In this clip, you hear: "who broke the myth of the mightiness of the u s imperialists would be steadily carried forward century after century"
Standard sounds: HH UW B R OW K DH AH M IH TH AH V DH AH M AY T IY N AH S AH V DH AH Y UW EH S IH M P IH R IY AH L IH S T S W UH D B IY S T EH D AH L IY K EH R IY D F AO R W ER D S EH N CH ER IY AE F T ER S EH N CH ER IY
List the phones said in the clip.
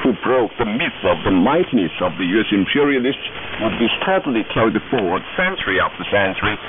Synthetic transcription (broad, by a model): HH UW B R OW K DH AH M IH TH AH V DH AH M AY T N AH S AH V DH AH Y UW EH S IH M P IH R IY AH L IH S T S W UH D B IY S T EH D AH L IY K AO IY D F AO R W ER D S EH N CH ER IY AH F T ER S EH N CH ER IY